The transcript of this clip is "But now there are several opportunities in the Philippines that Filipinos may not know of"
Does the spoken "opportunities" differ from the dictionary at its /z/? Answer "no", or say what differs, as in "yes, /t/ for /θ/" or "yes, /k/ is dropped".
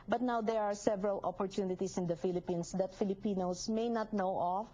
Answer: yes, /s/ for /z/